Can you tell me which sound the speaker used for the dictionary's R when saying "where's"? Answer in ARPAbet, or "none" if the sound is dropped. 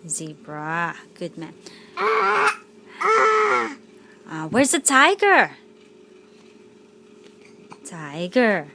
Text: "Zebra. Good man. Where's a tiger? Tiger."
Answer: R